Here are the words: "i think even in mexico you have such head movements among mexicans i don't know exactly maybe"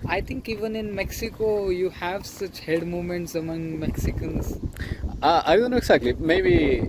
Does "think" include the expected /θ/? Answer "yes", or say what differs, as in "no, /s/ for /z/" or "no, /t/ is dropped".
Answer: no, /t/ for /θ/